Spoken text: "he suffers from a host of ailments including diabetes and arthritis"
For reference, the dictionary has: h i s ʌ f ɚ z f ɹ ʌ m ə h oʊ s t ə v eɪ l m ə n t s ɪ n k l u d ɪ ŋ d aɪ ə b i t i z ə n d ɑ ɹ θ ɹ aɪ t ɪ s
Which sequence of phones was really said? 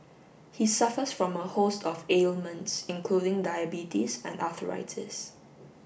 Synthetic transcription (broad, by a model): h i s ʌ f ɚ s f ɹ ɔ m ə h oʊ s t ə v eɪ l m ə n t s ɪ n k l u d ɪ ŋ d aɪ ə b i t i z ə n d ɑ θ ɹ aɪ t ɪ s